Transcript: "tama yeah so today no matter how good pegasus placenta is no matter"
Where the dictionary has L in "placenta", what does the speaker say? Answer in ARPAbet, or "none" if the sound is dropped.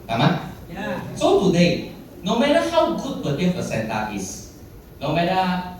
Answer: none